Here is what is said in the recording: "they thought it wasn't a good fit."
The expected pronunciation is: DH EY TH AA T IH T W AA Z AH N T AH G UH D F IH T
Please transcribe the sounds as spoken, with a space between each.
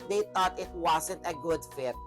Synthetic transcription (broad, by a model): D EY T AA T IH T W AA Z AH N T AH G UH D F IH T